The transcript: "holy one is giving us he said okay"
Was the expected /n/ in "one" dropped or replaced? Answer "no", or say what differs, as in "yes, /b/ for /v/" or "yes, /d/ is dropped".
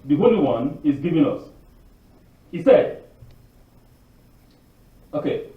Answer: no